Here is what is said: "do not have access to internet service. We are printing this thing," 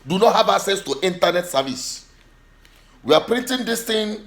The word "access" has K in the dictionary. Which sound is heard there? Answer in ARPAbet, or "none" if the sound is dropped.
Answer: none